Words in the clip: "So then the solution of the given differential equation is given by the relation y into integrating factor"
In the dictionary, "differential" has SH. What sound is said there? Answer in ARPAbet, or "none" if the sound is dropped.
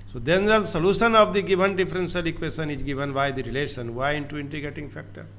S